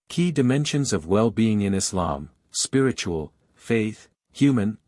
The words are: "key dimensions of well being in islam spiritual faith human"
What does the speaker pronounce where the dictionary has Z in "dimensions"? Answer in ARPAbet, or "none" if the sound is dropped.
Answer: Z